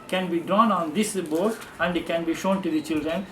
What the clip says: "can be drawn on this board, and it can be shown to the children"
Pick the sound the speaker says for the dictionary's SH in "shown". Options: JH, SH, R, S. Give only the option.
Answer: SH